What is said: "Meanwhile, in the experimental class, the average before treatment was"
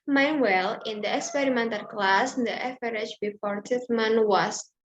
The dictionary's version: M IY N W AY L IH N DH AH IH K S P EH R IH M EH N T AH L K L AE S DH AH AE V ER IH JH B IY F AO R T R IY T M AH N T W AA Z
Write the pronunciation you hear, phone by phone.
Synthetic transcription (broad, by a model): M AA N W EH L IH N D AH IH K S P EH R IH M EH N T AH L K L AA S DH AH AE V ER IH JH B IY F AO R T IY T M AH N W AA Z